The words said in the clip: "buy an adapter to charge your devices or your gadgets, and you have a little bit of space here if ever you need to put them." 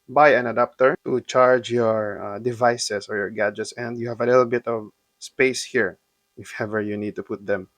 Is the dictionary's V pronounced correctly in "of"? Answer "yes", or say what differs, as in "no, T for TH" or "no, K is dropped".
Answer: yes